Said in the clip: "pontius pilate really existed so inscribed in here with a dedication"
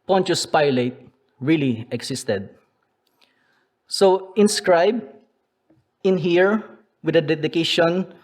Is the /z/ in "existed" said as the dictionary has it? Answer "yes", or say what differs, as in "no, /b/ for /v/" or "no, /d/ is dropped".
no, /s/ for /z/